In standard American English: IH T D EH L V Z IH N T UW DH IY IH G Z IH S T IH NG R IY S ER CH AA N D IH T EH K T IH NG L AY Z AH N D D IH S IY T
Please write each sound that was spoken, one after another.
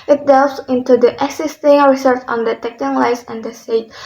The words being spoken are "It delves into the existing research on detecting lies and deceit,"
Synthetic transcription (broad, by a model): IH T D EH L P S IH N T UW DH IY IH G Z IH S T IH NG R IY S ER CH AA N D IH T EH K T IH NG L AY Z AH N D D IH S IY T